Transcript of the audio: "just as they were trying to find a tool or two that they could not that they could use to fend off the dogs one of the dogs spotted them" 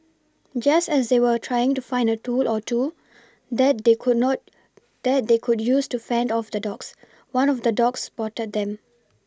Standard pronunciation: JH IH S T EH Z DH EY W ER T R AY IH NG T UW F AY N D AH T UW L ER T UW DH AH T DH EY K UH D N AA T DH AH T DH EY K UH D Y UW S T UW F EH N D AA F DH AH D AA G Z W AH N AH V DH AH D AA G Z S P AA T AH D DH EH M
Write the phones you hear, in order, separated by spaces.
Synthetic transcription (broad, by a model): JH IH S T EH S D EY W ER T R AY IH NG T UW F AY N D AH T UW L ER T UW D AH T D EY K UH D N AA T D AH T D EY K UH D Y UW S T UW F EH N D AA F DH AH D AA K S W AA N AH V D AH D AA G S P AA T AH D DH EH M